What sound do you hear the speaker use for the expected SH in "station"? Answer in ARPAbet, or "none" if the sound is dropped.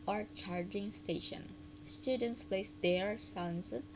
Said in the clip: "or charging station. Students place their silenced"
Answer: SH